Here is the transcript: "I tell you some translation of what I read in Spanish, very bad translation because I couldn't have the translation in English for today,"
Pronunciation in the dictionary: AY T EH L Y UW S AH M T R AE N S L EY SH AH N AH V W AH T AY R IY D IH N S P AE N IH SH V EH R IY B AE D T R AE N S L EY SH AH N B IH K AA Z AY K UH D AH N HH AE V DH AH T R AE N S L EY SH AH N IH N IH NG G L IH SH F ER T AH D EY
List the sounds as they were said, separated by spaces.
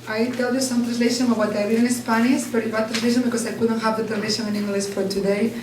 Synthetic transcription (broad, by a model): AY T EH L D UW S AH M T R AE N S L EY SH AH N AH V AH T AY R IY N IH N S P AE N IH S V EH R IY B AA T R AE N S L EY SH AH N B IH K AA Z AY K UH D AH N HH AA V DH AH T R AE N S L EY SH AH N IH N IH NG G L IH S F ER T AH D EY